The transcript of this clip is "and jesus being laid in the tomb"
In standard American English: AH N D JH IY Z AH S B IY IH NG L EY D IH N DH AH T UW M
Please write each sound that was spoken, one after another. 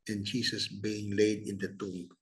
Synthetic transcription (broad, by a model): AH N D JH IY S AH S B IY IH NG L EY D IH N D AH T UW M